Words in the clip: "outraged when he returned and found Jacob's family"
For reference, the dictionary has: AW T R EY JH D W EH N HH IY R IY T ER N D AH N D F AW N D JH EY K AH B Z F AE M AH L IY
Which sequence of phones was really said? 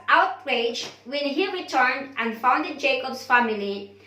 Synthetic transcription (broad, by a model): AW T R EY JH W EH N HH IY R IY T ER N D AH N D F AW N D JH EY K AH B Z F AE M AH L IY